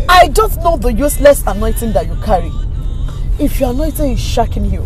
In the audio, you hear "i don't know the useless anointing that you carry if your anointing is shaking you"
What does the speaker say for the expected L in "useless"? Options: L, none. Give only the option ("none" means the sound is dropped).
L